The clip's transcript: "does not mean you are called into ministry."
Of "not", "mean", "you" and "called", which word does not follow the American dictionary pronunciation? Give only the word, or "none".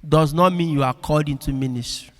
called